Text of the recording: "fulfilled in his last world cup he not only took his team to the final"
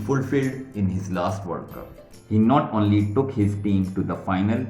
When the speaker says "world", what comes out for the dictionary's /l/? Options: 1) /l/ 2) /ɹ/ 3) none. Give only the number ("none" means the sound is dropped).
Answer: 3